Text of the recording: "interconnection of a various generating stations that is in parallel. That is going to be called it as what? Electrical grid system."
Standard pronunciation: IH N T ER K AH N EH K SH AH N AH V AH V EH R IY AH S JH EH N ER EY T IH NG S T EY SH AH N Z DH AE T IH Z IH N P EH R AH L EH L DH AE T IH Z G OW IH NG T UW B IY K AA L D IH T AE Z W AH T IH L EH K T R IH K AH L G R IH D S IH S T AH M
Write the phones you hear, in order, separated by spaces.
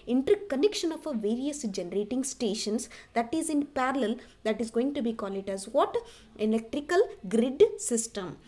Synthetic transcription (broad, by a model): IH N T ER K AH N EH K SH AH N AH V AH V EH R IY AH S JH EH N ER EY T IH NG S T EY SH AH N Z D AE T IH Z IH N P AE R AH L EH L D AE T IH Z G OW IH NG T UW B IY K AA L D IH T AE Z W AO T IH L EH K T R IH K AH L G R IH D S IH S T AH M